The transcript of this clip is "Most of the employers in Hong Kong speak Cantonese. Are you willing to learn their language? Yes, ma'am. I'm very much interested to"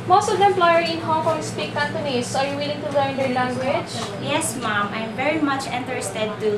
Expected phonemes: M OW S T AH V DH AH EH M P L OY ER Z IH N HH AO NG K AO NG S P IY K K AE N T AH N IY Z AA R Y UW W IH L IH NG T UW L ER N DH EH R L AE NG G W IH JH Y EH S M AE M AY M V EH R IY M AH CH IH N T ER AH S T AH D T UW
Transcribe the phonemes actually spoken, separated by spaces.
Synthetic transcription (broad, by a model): M OW S T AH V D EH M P L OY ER IH N HH AO NG K AO NG S P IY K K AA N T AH N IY S AA R Y UW W IH L IH NG T UW L ER N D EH R L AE NG G W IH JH Y EH S M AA M AY M V EH R IY M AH CH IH N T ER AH S T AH D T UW